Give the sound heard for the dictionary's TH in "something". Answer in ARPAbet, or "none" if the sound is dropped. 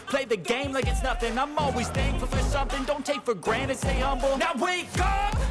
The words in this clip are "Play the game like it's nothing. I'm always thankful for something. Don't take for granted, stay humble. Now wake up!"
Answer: TH